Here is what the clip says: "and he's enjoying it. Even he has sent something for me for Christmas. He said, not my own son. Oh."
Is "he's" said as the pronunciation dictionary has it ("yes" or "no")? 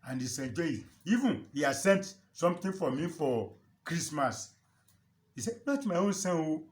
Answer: no